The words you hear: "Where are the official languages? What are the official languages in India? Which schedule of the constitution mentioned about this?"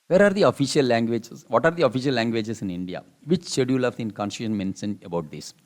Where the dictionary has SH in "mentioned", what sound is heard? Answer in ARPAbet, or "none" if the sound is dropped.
S